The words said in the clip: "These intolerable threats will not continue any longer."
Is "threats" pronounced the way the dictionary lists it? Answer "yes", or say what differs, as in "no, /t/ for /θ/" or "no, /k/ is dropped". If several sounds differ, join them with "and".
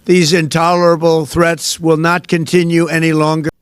yes